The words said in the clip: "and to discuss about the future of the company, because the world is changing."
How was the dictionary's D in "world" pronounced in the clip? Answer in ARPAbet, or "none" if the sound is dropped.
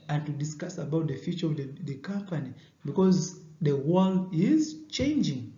none